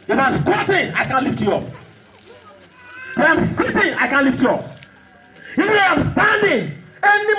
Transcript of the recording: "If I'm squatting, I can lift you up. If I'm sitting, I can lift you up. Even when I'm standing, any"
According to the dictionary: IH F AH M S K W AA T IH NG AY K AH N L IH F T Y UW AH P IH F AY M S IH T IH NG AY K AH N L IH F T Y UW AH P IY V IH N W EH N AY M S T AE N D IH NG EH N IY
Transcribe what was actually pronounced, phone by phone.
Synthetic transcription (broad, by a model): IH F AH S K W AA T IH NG AY K AH N L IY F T Y UW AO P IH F AY M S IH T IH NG AY K AH N L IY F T Y UW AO P IY V IH N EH AY M S T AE N D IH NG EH N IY